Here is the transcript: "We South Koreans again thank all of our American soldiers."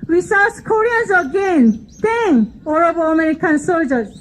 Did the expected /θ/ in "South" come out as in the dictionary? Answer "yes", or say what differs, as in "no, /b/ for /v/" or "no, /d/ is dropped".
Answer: no, /s/ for /θ/